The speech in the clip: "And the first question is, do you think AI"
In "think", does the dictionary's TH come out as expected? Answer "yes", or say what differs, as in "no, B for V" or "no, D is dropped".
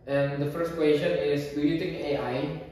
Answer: no, T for TH